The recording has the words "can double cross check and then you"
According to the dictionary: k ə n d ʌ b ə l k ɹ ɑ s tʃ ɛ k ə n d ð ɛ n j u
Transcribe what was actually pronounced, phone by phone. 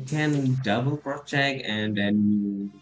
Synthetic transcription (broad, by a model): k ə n d ʌ b ə l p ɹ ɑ tʃ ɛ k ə n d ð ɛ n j